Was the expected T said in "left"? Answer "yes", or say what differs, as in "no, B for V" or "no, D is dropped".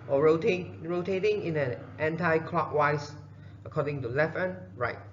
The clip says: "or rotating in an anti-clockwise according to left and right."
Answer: no, T is dropped